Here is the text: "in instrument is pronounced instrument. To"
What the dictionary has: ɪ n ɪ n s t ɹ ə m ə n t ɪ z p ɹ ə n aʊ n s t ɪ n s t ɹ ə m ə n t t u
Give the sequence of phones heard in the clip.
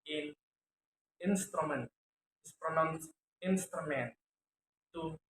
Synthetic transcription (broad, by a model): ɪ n ɪ n s t ɹ ə m ə n t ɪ s p ɹ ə n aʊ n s ɪ n s t ɹ ə m ə n t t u